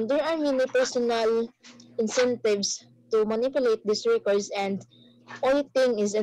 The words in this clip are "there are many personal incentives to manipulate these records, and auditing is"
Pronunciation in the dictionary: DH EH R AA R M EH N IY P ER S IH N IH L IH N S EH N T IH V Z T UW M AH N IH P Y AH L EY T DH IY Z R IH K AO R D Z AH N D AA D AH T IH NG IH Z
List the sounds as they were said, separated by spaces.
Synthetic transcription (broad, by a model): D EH R AA R M EH N IY P ER S IH N IH L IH N S EH N T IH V S T UW M AH N IH P Y AH L EY T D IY S R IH K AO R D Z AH N D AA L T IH NG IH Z